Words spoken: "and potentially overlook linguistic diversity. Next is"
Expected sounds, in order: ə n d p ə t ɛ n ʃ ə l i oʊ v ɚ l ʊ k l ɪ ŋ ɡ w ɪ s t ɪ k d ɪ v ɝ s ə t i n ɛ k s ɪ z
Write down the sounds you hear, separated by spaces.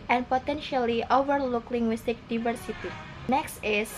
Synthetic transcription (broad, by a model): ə n p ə t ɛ n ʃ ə l i oʊ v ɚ l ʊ k l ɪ ŋ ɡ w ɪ s t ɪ k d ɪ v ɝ s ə t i n ɛ k s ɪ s